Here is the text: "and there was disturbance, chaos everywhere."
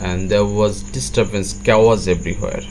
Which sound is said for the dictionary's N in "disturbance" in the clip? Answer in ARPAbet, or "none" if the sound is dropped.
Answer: N